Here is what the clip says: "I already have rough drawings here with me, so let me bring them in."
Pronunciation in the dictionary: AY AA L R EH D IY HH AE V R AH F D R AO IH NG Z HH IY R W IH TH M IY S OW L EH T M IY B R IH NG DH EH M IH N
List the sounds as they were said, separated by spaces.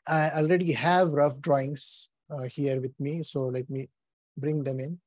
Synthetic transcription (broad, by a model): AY AA L R EH D IY HH AE V R AH F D R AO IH NG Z HH IY R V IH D M IY S OW L EH T M IY B R IH NG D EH M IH N